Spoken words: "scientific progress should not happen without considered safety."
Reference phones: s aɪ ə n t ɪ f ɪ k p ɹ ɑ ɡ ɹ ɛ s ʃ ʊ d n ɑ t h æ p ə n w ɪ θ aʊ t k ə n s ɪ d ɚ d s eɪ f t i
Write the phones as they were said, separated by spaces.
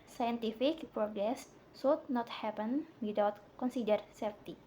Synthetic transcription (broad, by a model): s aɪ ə n t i f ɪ k p ɹ ɑ ɡ ɹ ɛ s s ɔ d n ɑ t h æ p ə n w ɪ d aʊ t k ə n s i d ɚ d s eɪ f t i